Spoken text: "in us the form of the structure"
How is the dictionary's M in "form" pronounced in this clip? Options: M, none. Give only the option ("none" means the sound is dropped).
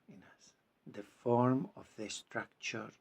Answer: M